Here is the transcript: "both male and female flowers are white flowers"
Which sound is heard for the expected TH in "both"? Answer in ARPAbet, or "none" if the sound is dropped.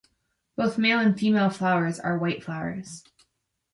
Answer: TH